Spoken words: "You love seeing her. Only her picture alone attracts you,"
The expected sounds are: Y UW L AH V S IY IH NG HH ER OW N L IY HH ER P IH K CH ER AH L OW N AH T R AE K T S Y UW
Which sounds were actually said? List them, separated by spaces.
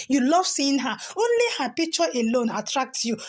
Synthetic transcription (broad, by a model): Y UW L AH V S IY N HH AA OW N L IY HH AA P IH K CH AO AH L OW N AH T R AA K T Y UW